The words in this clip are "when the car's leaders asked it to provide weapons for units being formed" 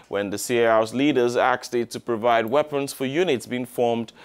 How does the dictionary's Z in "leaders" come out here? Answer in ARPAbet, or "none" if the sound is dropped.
Z